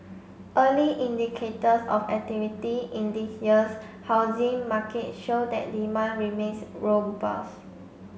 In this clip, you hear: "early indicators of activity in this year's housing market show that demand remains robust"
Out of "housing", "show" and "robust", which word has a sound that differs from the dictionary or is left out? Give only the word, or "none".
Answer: robust